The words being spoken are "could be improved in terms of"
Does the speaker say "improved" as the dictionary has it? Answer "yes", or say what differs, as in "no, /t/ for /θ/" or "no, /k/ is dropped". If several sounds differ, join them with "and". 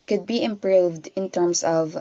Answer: yes